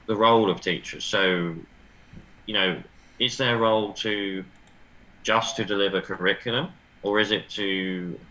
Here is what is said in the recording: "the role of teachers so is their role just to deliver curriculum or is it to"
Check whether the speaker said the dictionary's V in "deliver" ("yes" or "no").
yes